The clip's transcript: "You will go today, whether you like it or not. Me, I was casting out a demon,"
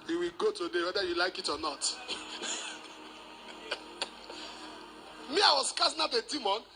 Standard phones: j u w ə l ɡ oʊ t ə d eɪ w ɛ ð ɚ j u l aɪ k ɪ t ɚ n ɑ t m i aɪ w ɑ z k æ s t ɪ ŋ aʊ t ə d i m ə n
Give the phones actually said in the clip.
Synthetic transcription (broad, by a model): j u w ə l ɡ oʊ t ə d eɪ w ɛ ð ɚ j u l aɪ k ɪ t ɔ n ɑ t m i aɪ w ɑ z k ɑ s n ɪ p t ə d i m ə n